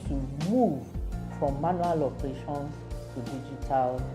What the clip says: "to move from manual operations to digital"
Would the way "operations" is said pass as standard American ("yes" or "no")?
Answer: no